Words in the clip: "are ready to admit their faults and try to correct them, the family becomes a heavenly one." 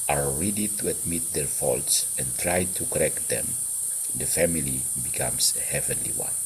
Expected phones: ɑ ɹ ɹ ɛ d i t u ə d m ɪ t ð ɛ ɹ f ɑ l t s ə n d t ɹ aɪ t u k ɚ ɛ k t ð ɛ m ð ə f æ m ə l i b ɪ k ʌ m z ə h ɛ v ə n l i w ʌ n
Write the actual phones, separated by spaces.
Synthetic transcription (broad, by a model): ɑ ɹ ɹ ɛ d i t u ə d m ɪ t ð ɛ ɹ f ɑ l t s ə n t ɹ aɪ t u k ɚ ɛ k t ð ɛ m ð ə f æ m ə l i b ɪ k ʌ m s ə h ɛ v ə n l i w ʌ n